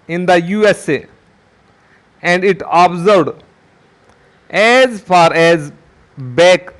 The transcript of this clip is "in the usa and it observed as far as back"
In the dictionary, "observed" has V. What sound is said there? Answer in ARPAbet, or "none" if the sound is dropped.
none